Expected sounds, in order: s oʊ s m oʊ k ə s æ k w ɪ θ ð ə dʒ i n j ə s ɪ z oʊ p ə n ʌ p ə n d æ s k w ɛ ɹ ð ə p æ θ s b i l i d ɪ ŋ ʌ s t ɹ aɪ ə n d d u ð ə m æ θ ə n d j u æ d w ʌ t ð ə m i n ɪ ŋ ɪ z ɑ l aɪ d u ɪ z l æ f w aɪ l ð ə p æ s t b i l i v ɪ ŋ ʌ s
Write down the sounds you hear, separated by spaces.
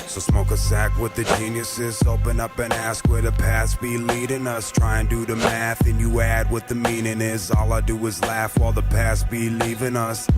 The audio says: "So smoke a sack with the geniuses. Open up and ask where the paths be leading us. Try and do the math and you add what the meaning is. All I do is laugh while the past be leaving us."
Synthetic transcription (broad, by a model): s oʊ s m oʊ k ə s æ k w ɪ ð ə dʒ i n j ə s ɪ z oʊ p ə n ʌ p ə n æ s k w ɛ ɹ ð ə p æ s b i l i d ɪ ŋ ʌ s t ɹ aɪ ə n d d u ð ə m æ θ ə n j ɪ æ d w ʌ t ð ə m i n ɪ ŋ ɪ z ɑ l aɪ d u ɪ z l æ f w aɪ l ð ə p æ s b i l i v ɪ ŋ ʌ s